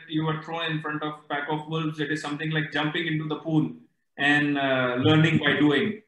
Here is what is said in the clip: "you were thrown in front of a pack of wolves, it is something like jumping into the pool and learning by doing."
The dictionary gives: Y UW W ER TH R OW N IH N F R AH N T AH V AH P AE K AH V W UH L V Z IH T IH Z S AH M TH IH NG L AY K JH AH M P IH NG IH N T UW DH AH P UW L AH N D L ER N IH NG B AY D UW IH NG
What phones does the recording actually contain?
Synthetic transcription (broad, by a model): Y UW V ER T R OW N IH N F R AH N T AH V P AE K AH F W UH L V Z IH T IH Z S AH M T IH NG L AY K JH AH M P IH NG IH N T UW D AH P UW L AH N D L ER N IH NG B AY D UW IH NG